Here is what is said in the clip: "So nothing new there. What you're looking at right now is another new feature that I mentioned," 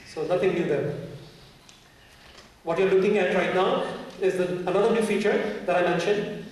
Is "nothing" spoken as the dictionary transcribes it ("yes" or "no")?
no